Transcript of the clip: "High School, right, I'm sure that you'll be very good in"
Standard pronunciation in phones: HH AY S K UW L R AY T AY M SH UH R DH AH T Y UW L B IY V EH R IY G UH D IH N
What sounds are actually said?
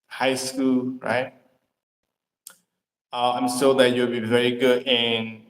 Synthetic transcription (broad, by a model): HH AY S K UW L R AY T AY M S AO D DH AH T Y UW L B IY V EH R IY G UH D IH N